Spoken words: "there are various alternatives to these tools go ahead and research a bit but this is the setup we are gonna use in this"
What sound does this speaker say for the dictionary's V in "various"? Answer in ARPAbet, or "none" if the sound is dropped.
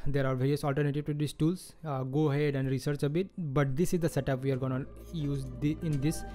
V